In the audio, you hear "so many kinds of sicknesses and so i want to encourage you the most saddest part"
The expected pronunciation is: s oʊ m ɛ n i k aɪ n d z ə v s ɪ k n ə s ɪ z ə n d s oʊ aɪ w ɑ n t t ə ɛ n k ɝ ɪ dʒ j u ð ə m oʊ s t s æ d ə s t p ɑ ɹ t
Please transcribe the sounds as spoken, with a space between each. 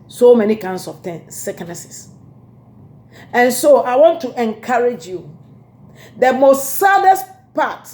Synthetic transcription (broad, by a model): s oʊ m ɛ n i k aɪ n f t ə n s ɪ k n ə s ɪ s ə n s oʊ aɪ w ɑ n t t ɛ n k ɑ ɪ dʒ j u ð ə m oʊ s t s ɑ d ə s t p ɑ t